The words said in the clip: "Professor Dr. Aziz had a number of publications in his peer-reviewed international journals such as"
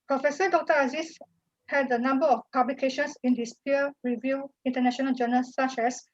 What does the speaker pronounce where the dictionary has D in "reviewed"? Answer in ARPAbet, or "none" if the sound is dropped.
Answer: none